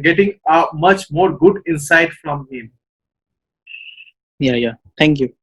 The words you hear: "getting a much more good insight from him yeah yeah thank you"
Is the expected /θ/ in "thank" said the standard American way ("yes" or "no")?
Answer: no